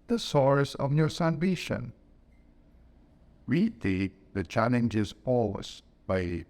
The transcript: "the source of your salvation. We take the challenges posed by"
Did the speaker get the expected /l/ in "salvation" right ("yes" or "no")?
no